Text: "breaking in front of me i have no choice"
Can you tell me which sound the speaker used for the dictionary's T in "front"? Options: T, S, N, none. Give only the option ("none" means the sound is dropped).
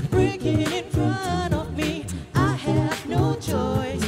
none